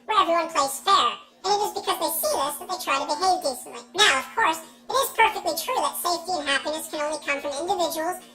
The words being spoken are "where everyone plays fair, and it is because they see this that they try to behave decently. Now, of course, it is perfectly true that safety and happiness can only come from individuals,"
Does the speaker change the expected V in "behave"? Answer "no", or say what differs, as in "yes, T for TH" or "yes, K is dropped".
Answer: no